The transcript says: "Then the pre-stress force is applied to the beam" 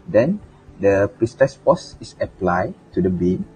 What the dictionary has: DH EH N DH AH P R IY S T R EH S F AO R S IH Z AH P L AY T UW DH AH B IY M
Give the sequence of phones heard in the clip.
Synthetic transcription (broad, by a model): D EH N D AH P R IY S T EH S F AO S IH S AH P L AY T UW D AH B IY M